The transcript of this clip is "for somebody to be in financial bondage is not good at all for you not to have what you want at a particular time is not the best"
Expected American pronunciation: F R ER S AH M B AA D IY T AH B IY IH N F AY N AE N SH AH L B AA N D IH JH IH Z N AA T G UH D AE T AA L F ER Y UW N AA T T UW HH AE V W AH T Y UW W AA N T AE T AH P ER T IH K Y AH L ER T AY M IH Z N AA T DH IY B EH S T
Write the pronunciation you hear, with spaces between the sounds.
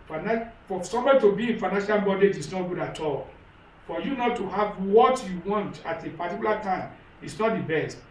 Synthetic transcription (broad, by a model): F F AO S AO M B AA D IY T AH B IY IH N F AY N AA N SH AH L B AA D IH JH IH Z N AA T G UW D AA T AA L F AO Y UW N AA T T UW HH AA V W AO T Y UW W AA N T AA T AH P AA T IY K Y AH L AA T AY M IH S N AA T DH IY B EH S T